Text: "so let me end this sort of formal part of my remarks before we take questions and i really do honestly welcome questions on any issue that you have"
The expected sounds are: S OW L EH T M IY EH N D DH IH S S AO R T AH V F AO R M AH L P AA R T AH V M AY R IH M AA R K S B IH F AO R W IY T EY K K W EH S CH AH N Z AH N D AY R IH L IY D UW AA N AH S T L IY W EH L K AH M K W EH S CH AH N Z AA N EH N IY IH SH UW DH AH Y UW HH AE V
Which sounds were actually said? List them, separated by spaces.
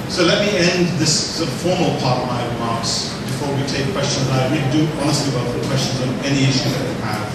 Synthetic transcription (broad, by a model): S OW L EH T M IY EH N D DH IH S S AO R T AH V F AO R M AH L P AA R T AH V M AY R IH M AA R K S B IH F AO R W IY T EY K K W EH S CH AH N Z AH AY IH W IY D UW AA N AH S T L IY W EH L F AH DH K W EH S CH AH N Z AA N EH N IY IH SH UW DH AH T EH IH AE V